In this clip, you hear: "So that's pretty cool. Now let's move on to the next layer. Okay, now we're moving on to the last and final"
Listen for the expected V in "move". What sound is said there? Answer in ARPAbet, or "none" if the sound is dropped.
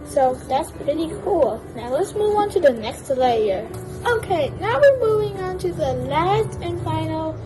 V